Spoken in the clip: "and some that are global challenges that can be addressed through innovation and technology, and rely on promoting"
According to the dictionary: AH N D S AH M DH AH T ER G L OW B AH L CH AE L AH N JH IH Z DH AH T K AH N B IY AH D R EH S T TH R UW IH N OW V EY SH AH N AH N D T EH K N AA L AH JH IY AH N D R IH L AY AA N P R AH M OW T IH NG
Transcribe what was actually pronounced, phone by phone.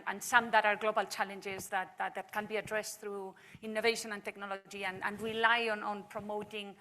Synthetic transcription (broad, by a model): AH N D S AH M DH AH T ER G L OW B AH L CH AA L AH N JH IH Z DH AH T K AH N B IY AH D R EH S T TH R UW IH N OW V EY SH AH N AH N T EH K N AA L AH JH IY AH N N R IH L AY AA N P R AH M OW T IH NG